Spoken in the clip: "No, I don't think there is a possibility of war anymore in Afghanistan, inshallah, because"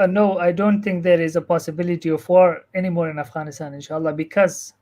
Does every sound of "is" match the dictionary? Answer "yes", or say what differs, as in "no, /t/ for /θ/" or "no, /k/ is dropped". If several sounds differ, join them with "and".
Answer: yes